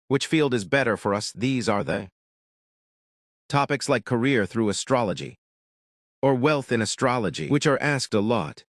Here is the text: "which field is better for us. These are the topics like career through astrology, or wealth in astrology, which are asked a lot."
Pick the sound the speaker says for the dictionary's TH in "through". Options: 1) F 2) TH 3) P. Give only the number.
2